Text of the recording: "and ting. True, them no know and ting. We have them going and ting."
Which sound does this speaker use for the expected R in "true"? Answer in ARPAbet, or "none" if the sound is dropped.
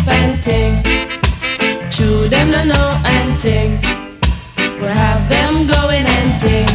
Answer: none